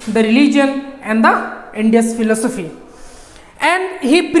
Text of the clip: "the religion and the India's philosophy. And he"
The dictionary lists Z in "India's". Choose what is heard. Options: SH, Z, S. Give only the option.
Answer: S